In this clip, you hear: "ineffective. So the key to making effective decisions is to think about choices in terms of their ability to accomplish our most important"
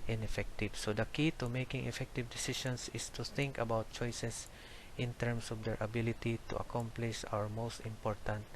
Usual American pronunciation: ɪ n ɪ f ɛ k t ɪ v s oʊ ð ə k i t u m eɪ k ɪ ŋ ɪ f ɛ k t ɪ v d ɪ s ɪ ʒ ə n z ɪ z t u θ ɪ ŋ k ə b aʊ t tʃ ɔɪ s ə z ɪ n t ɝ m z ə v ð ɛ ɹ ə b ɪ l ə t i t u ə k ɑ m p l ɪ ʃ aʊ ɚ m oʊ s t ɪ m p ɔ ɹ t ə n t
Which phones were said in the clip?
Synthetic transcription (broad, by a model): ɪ n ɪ f ɛ k t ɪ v s oʊ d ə k i t u m eɪ k ɪ ŋ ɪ f ɛ k t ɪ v d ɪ s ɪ ʃ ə n s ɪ s t u θ ɪ ŋ k ə b aʊ t tʃ ɔɪ s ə s ɪ n t ɝ m s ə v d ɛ ɹ ə b ɪ l ə t i t u ə k ɑ m p l ɪ ʃ aʊ ɚ m oʊ s t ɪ m p ɔ ɹ t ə n t